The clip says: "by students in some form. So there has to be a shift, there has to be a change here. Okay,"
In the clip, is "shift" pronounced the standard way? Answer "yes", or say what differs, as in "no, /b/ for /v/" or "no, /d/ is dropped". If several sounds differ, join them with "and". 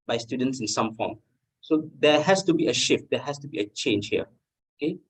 yes